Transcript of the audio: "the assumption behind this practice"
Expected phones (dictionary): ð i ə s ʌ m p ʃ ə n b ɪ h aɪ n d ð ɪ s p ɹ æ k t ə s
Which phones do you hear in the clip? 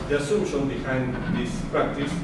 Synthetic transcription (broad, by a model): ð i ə s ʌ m ʃ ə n b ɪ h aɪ n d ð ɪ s p ɹ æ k t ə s